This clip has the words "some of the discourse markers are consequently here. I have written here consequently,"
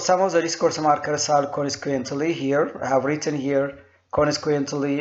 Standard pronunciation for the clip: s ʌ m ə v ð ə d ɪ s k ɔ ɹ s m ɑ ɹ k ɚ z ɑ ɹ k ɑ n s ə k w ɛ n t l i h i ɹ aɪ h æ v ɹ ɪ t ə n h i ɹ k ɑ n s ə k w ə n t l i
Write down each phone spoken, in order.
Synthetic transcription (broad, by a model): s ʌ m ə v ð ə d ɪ s k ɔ ɹ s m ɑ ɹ k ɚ s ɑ l k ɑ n ə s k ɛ n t l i h i ɹ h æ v ɹ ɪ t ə n h i ɹ k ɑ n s k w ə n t l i